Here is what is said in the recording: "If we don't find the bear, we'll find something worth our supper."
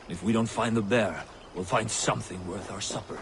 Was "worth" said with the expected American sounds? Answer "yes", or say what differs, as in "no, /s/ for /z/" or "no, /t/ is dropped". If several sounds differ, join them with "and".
yes